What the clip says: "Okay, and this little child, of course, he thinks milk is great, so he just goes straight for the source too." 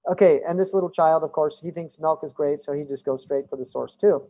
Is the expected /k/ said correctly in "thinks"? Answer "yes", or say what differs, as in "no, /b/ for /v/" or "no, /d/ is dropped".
yes